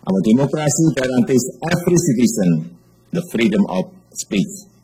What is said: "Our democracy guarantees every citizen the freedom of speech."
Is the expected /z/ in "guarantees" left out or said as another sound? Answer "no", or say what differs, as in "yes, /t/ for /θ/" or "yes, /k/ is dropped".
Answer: yes, /s/ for /z/